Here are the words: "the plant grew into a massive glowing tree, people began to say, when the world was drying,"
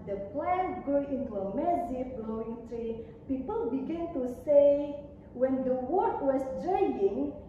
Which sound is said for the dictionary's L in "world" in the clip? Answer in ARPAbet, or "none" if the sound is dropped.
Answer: none